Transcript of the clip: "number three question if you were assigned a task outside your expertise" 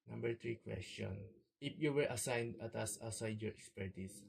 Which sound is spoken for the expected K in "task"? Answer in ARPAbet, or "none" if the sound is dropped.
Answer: none